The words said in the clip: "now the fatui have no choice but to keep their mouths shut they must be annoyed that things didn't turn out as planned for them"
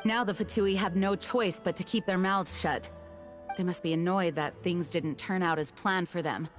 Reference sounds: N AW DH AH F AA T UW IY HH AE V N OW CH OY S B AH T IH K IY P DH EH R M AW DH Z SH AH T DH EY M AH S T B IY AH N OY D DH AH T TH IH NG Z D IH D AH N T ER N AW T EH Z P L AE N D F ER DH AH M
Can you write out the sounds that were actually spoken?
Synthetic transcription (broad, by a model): N AW DH AH F AA T UW IY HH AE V N OW CH OY S B AH T IH K IY P DH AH R M AW Z SH AH T DH EY M AH S T B IY AH N OY D DH AH T TH IH NG Z D IH D N T ER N AW T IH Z P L AE N F ER DH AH M